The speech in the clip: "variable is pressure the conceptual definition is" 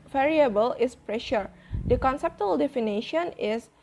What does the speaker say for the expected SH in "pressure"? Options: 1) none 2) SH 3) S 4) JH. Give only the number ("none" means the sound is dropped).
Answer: 2